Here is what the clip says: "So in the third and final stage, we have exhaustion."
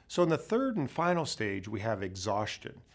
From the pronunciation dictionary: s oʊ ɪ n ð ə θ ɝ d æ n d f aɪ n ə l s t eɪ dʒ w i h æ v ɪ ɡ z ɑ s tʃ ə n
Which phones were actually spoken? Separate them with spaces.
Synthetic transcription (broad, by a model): s oʊ ɪ n ð ə θ ɝ d n f aɪ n l s t eɪ dʒ w i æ v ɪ ɡ z ɑ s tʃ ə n